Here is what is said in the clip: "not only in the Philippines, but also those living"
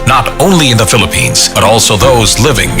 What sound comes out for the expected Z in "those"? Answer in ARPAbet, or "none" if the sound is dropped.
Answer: Z